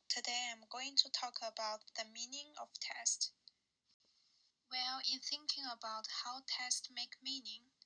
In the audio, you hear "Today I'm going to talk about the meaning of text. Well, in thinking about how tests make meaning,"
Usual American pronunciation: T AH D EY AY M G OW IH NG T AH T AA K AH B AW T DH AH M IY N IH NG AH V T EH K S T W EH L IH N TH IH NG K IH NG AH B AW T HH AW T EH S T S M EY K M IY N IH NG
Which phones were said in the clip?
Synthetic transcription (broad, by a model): T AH D EY AY M G OW IH NG T AH T AA K AH B AW T DH AH M IY N IH NG AH V T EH S T W EH L IH N TH IH NG K IH NG AH B AW T HH AW T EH S T M EY K M IY N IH NG